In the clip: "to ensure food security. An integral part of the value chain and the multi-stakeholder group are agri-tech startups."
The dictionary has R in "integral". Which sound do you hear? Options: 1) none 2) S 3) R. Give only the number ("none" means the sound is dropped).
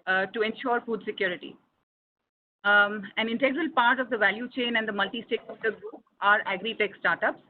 3